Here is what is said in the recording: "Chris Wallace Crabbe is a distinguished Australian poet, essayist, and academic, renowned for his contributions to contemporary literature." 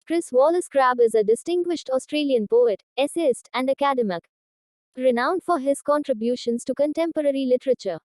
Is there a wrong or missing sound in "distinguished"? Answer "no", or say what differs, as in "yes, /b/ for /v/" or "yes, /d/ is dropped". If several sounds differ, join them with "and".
no